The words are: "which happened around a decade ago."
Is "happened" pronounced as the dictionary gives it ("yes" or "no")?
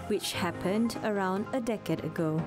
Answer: yes